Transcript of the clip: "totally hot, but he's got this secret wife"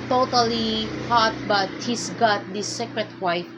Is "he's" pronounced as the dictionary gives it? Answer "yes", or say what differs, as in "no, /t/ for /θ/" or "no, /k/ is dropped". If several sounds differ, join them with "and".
no, /s/ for /z/